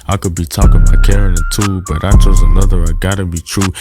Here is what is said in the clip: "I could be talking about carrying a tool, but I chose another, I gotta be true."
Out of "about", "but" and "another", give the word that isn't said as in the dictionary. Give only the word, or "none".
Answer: about